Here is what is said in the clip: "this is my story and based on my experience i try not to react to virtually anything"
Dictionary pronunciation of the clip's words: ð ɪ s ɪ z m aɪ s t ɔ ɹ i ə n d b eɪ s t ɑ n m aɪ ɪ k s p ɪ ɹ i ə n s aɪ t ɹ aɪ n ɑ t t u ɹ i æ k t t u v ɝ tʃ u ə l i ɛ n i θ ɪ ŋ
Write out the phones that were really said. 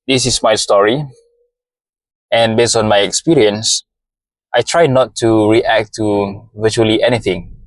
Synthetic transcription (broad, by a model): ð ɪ s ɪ s m aɪ s t ɔ ɹ i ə n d b eɪ s t ɑ n m aɪ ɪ k s p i ɹ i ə n s aɪ t ɹ aɪ n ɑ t t u ɹ i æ k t t u v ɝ tʃ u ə l i ɛ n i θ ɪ ŋ